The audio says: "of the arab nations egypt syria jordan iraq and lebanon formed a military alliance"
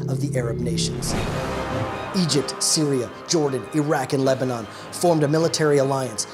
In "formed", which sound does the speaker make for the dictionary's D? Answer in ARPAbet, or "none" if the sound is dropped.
D